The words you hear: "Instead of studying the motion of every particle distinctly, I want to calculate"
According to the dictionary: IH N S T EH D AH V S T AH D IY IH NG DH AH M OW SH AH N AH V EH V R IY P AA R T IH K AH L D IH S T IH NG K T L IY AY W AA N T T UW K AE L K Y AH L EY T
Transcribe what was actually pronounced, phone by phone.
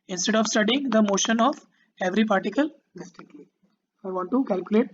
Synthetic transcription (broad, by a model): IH N S T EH D AH V S T AH D IY IH NG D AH M OW SH AH N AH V EH V R IY P AA R T IH K AH L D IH S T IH K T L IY AY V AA N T T UW K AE L K Y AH L EY T